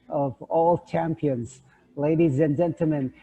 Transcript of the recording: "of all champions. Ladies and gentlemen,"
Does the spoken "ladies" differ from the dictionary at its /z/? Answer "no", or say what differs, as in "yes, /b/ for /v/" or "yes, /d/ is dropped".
no